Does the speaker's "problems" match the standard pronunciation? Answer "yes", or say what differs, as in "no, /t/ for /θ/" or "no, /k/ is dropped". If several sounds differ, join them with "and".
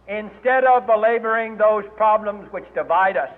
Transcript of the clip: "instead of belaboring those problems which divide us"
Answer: yes